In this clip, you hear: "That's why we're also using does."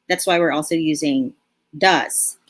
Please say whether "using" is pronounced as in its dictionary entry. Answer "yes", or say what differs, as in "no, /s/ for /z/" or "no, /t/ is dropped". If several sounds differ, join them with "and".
yes